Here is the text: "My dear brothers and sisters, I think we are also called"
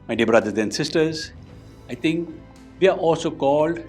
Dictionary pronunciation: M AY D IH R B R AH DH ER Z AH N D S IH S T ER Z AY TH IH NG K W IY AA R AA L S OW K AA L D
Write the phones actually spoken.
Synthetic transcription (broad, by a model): M AY D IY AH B R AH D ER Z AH N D S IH S T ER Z AY T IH NG K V IY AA R AA L S OW K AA L D